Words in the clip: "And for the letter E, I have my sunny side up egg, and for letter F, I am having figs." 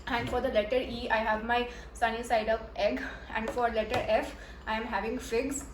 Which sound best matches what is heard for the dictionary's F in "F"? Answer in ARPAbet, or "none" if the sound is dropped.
F